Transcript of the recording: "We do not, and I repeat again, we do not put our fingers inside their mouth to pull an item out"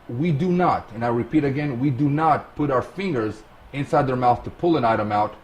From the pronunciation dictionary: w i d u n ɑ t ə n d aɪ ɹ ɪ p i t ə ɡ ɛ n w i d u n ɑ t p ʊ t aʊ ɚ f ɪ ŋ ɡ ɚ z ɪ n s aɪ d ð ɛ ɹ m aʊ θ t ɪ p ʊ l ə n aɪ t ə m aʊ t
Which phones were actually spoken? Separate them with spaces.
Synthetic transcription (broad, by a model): w i d u n ɑ t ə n aɪ ɹ ɪ p i t ə ɡ ɛ n w i d u n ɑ t p ʊ t aʊ ɚ f ɪ ŋ ɡ ɚ z ɪ n s aɪ d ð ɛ ɹ m aʊ θ t ɪ p ʊ l ə n aɪ t ə m aʊ t